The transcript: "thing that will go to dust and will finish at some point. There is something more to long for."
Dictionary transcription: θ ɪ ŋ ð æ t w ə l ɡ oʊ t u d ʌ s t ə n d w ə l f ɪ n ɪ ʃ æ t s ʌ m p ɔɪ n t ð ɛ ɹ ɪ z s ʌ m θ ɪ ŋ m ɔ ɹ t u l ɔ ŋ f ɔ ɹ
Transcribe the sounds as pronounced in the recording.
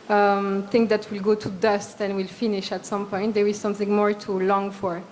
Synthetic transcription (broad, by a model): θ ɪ ŋ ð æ t w ə l ɡ oʊ t u d ʌ s t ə n w ə l f ɪ n ɪ ʃ æ t s ʌ m p ɔɪ n t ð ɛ ɹ ɪ z s ʌ m θ ɪ ŋ m ɔ ɹ t u l ɔ ŋ f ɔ ɹ